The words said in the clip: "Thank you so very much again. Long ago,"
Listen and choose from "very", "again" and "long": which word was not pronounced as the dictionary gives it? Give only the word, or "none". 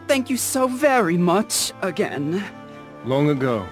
none